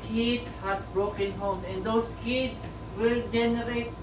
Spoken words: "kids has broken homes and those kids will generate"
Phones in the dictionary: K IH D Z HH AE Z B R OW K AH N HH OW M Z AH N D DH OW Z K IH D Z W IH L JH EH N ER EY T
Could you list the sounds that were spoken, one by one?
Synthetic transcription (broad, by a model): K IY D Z HH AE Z B R OW K AH N HH OW M AH N D OW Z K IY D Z W IH L JH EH N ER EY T